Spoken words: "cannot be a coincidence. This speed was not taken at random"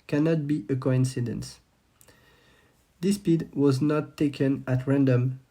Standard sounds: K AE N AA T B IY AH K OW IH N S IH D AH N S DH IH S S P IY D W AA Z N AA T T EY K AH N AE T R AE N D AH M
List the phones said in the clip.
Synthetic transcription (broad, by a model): K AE N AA T B IY AH K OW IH N S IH D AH N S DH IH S S P IY D W AA Z N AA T T EY K AH N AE T R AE N D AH M